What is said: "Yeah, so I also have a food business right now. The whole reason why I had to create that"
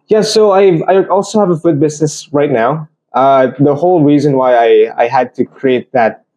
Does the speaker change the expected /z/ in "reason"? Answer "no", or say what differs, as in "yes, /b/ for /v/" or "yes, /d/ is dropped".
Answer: no